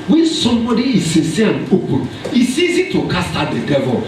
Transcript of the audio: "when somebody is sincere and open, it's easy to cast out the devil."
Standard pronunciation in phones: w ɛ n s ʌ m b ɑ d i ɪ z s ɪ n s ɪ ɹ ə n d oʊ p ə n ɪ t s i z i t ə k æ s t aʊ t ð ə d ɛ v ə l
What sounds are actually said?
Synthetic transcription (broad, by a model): w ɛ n s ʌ m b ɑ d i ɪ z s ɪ s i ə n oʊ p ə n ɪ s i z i t ə k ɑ s t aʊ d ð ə d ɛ v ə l